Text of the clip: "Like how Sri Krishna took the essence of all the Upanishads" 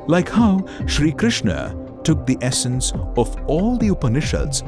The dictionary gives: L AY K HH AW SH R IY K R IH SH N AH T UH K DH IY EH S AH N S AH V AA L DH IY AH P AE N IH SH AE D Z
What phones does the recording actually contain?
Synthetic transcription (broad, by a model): L AY K HH AW SH R IY K R IH SH N AH T UH K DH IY EH S AH N S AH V AA L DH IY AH P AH N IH SH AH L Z